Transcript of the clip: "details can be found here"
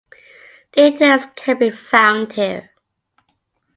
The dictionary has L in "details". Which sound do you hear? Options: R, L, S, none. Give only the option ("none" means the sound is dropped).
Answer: none